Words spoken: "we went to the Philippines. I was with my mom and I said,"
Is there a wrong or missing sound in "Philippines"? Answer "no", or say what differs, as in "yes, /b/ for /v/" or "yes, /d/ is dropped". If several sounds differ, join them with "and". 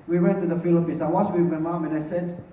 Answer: yes, /s/ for /z/